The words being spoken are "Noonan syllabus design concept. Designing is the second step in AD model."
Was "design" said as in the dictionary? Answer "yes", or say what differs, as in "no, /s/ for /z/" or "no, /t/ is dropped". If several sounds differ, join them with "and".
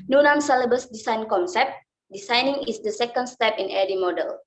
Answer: no, /s/ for /z/